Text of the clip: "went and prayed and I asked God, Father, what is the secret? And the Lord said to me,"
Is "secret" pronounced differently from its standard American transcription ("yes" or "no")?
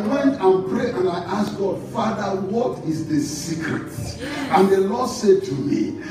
no